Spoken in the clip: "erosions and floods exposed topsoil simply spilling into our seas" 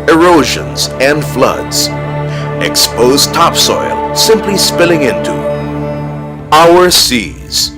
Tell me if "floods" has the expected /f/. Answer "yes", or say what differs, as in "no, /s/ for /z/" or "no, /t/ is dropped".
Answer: yes